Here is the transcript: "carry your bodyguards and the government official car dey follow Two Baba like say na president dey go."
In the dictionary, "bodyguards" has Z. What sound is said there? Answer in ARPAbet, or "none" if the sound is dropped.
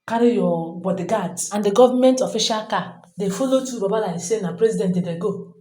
S